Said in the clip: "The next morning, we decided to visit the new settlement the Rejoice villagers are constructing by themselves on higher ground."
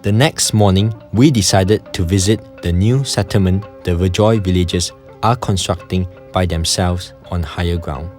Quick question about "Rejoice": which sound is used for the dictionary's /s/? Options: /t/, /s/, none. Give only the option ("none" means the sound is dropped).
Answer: none